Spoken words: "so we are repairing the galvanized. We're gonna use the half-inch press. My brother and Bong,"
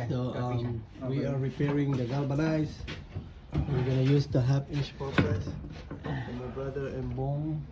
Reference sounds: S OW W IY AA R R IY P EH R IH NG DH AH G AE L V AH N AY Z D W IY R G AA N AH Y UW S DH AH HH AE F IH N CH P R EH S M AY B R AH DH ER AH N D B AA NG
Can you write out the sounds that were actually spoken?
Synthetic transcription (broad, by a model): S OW W IY AA R R IY P EH R IH NG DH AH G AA L B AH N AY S W IY R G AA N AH Y UW S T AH HH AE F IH CH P R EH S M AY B R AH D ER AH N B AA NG